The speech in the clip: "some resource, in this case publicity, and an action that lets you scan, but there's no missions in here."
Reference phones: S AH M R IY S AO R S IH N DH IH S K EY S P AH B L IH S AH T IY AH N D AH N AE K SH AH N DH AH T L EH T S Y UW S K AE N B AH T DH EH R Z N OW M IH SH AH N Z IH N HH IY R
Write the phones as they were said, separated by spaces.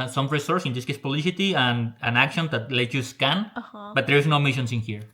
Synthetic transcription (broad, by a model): S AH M R IY S AO R S IH N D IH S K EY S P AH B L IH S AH T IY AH N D AH N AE K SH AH N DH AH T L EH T Y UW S K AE N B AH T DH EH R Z N OW M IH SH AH N S IH N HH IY R